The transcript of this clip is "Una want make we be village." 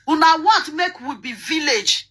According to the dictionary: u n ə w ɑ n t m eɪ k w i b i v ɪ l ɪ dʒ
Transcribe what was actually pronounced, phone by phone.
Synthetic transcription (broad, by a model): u n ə w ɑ t m eɪ k w i b i v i l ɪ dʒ